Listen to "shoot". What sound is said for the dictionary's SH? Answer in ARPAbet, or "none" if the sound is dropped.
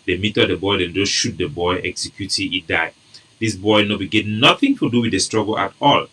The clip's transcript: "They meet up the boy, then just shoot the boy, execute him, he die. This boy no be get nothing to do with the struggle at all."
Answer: SH